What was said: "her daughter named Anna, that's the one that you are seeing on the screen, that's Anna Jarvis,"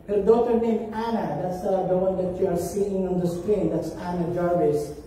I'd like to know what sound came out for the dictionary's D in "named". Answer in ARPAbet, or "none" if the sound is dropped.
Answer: none